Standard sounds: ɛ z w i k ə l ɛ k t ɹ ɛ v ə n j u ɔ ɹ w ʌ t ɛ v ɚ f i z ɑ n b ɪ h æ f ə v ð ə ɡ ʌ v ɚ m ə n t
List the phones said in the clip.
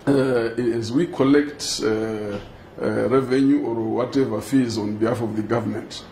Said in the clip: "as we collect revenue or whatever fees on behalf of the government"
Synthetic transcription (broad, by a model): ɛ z w i k ə l ɛ k t ɹ ɛ v ə n j u ɔ ɹ w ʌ t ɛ v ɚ f i z ɑ n b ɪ h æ f ə v ð ə ɡ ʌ v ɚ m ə n t